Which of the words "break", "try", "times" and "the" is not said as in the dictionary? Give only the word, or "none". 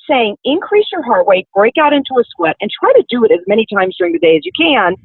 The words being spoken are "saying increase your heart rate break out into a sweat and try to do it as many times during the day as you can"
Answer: none